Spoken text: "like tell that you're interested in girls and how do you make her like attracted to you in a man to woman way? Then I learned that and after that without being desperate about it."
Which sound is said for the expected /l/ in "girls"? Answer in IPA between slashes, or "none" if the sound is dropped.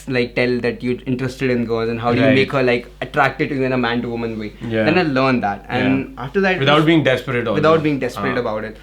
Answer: none